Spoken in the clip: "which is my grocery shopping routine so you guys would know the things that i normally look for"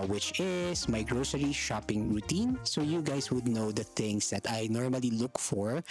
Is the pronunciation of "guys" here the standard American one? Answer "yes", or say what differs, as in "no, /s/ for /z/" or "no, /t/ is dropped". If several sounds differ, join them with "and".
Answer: no, /s/ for /z/